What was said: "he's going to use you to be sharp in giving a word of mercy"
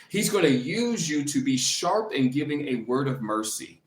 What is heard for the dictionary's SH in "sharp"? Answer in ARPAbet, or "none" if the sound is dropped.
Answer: SH